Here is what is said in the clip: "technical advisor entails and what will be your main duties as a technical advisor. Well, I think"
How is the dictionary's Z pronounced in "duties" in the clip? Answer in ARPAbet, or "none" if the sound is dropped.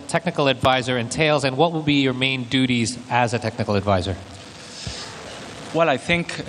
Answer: Z